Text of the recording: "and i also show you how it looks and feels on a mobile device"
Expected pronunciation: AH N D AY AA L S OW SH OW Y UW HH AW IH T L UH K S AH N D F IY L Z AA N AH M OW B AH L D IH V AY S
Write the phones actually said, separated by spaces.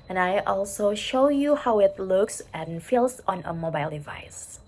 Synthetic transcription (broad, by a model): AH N AY AA L S OW SH OW Y UW HH AW IH T L UH K S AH N F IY L S AA N AH M OW B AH L D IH V AY S